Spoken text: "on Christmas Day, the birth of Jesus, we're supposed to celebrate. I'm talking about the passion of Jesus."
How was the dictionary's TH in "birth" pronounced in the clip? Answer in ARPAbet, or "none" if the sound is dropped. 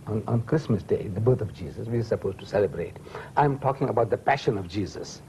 T